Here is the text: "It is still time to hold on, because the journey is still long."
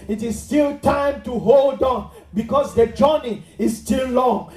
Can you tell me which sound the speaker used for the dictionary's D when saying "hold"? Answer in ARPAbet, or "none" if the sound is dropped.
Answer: D